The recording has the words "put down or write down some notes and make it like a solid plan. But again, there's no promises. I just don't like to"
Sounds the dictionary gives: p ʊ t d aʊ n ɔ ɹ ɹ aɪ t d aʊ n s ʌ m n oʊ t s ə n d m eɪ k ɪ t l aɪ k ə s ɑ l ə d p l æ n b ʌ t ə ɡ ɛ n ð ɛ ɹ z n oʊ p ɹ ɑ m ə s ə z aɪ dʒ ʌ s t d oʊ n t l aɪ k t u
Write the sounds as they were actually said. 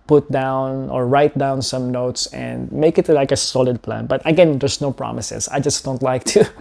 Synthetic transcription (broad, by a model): p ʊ t d aʊ n ɔ ɹ ɹ aɪ t d aʊ n s ʌ m n oʊ t s ə n d m eɪ k ɪ t l aɪ k ə s ɑ l ə d p l æ n b ʌ t ə ɡ ɛ n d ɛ ɹ s n oʊ p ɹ ɑ m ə s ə s aɪ dʒ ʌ s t d oʊ n t l aɪ k t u